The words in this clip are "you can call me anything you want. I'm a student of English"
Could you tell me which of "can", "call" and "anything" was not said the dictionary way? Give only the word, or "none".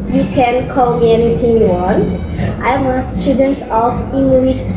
anything